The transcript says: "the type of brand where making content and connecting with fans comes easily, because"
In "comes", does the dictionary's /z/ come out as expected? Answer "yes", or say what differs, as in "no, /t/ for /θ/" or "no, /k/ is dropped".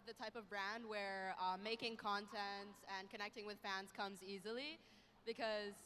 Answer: yes